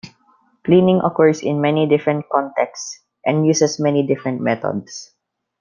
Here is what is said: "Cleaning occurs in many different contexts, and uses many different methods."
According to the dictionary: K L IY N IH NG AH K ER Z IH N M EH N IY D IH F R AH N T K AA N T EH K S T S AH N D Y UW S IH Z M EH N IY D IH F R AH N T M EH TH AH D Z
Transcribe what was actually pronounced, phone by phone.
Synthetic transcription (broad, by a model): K L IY N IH NG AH K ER S IH N M EH N IY D IH F R AH N T K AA N T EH K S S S AH N D Y UW S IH S M EH N IY D IH F R AH N T M EH T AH D S